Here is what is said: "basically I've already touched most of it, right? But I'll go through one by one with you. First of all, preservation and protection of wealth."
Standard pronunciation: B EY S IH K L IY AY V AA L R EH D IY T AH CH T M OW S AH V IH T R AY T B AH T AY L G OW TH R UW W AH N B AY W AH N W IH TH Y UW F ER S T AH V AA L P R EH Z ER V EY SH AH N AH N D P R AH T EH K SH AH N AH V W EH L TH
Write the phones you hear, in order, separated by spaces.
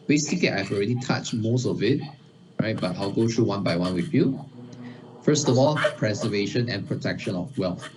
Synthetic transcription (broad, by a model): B EY S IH K L IY AY V AA L R EH D IY T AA CH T M OW S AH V IH T R AY T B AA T AY L G OW T R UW W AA N B AY W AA N W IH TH Y UW F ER S T AH V AA L P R EH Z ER V EY SH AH N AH N P R AH T EH K SH AH N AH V W EH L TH